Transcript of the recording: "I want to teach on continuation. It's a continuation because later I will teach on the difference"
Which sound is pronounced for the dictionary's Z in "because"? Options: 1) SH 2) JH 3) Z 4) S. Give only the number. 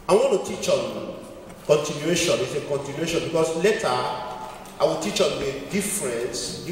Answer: 4